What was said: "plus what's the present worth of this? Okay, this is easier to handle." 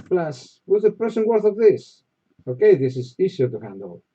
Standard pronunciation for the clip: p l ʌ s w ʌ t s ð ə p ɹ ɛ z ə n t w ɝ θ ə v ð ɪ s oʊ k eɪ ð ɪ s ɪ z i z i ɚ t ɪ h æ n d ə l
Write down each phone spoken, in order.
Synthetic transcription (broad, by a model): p l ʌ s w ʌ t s ð ə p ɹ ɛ s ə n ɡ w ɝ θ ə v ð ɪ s oʊ k eɪ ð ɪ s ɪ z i s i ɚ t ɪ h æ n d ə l